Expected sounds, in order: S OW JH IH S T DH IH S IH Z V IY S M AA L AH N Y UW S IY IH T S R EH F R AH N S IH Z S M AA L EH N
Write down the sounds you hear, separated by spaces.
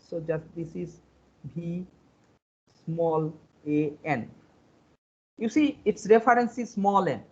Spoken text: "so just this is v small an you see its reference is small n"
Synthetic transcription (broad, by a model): S OW JH IH S T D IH S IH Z B IY S M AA L AH N Y UW S IY IH T S R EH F R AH N S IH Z S M AA L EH N